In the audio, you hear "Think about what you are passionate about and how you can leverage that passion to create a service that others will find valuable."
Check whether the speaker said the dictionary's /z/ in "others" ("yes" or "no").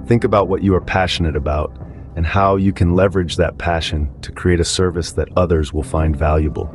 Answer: yes